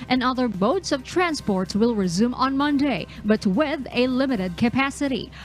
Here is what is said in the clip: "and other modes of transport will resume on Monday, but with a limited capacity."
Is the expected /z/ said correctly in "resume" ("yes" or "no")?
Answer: yes